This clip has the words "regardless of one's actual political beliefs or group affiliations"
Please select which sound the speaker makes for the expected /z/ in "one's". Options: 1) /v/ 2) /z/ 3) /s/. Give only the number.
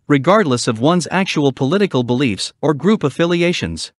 2